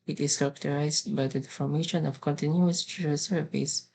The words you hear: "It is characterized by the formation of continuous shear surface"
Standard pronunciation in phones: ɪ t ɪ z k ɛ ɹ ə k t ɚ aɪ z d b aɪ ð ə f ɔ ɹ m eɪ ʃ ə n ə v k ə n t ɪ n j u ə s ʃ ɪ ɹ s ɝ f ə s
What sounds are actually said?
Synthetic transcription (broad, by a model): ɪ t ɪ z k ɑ ɹ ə k t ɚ aɪ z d b aɪ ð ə f ɔ ɹ m eɪ ʃ ə n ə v k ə n t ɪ n j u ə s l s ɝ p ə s